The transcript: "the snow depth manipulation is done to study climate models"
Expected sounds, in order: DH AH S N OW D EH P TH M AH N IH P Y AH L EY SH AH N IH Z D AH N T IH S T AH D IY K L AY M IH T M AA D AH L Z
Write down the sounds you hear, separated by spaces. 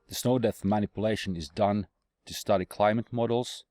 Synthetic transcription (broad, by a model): DH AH S N OW D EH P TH M AH N IH P Y AH L EY SH AH N IH Z D AH N T IH S T AH D IY K L AY M IH T M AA D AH L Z